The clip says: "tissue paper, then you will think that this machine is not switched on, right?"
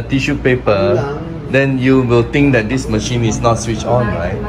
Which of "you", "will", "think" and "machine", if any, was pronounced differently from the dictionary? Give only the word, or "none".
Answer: think